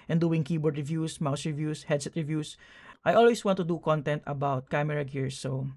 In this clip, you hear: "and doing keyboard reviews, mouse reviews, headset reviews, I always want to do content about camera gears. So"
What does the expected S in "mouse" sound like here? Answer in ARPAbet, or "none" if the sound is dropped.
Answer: S